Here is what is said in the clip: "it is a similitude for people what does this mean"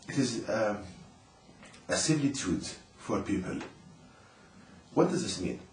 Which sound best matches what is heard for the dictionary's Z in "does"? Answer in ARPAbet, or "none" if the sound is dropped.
Z